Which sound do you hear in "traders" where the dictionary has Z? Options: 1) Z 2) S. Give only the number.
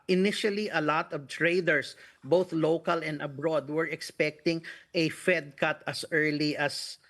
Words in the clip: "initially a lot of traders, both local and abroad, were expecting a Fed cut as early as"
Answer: 2